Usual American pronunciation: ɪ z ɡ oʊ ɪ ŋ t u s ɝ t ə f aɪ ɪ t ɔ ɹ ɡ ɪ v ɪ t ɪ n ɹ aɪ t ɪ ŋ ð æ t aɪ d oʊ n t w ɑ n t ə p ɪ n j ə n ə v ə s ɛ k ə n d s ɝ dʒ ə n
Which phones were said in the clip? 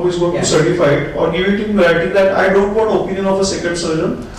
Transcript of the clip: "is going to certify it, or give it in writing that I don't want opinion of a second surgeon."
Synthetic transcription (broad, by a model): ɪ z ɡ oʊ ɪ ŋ t u s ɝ t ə f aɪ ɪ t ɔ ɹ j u ɪ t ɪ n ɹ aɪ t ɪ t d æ t aɪ d oʊ n t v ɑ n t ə p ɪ n j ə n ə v ə s ɛ k ə n d s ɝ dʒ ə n